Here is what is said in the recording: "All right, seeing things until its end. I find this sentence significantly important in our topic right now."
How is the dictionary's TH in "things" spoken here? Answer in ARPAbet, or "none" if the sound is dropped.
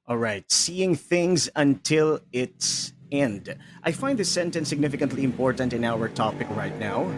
TH